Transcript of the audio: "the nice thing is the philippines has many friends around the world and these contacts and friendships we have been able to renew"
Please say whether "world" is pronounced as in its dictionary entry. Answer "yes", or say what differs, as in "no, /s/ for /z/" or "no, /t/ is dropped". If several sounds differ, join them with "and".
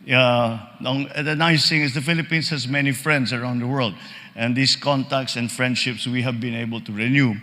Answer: yes